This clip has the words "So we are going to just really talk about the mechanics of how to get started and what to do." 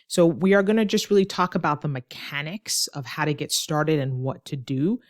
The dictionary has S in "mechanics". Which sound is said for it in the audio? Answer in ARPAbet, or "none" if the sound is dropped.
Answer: S